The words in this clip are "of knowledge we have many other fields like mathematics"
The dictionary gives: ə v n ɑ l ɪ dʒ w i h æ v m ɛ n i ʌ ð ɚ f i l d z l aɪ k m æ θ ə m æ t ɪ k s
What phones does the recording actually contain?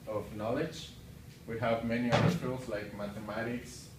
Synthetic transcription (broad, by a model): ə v n ɑ l ɪ dʒ w i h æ v m ɛ n i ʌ ɚ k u l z l aɪ k m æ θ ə m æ t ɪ k s